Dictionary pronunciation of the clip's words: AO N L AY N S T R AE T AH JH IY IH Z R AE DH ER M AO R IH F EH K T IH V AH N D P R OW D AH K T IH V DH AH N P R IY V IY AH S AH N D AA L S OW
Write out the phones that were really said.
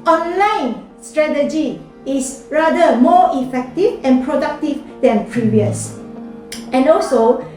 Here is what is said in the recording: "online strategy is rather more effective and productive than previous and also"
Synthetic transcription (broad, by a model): AO N L AY N S T R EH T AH JH IY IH S R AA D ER M AO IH F EH K T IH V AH N P R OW D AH K T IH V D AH N P R IY V IY AH S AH N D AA L S OW